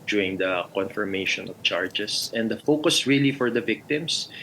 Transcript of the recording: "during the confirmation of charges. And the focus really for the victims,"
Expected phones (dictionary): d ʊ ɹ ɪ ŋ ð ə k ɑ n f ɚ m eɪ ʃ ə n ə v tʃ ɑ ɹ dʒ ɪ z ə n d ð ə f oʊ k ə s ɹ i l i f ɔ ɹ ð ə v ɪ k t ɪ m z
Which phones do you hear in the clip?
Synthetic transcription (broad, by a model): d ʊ ɹ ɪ ŋ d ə k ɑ n f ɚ m eɪ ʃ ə n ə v tʃ ɑ ɹ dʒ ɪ s ə n d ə f oʊ k ə s ɹ i l i f ɔ ɹ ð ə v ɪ k t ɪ m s